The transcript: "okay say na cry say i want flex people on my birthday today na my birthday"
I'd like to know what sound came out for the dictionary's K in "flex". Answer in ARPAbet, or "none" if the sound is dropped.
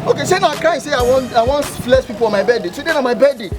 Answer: none